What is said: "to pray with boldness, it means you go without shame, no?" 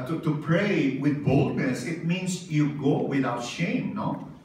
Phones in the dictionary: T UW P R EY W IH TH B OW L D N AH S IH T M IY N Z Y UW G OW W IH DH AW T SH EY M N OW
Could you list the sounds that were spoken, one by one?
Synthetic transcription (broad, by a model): T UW P R EY W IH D B OW L D N AH S IH T M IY N S Y UW G OW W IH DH AW T SH EY M N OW